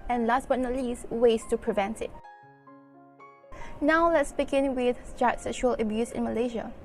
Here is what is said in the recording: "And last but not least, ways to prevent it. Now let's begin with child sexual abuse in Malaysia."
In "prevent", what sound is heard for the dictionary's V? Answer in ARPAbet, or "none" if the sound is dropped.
V